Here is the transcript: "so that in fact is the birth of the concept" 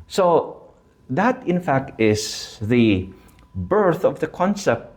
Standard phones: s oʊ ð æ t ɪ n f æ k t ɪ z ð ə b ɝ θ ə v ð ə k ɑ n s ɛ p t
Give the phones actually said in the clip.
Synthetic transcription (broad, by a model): s oʊ ð æ t ɪ n f æ k t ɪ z ð ə b ɝ θ ə v ð ə k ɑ n s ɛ p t